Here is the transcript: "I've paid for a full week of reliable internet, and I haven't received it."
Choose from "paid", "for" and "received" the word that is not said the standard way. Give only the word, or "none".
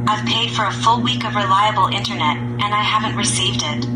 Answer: none